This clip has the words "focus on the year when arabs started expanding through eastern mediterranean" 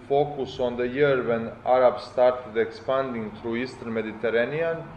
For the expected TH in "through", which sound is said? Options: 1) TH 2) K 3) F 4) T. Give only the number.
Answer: 4